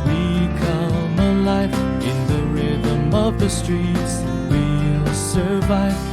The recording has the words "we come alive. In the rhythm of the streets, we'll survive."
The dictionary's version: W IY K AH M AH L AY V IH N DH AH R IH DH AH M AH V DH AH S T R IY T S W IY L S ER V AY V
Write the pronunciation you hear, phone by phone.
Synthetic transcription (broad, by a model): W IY K AH M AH L AY F IH N DH AH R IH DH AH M AH V DH AH S T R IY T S W IY L S ER V AY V